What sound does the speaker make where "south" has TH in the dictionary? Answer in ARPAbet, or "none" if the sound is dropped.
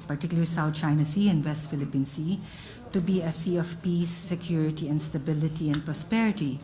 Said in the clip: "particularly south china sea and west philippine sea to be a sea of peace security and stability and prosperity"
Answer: T